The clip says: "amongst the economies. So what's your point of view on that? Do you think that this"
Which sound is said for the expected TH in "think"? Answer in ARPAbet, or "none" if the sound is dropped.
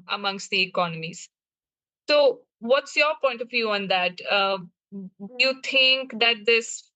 T